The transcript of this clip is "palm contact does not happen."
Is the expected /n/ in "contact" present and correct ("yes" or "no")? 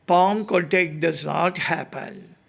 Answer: no